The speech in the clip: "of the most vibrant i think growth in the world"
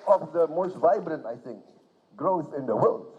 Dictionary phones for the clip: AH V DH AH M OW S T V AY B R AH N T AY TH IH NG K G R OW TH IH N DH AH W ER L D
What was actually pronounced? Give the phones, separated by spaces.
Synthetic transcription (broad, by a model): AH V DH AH M OW S T V AY B R AH N T AY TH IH NG K G R OW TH IH N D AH W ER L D